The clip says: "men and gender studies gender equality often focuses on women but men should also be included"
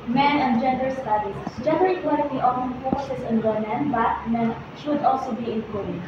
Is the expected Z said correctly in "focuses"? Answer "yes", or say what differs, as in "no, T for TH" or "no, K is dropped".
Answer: no, S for Z